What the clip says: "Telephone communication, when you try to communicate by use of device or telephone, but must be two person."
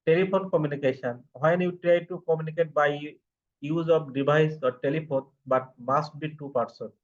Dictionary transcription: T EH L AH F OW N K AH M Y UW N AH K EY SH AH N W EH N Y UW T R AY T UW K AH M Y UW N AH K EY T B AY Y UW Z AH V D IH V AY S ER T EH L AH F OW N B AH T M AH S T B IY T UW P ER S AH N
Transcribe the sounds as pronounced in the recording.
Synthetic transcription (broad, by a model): T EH L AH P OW N K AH M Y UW N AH K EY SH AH N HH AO N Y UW T R AY T UW K AH M Y UW N AH K EY T B AY Y UW Z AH P D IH B AY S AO T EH L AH P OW N B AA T M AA S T B IY T UW P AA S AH N